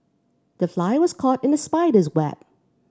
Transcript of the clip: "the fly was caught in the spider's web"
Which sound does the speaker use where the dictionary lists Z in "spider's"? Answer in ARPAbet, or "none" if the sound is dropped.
Z